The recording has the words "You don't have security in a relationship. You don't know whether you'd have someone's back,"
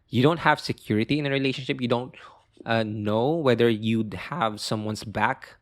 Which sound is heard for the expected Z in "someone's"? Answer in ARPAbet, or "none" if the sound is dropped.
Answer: S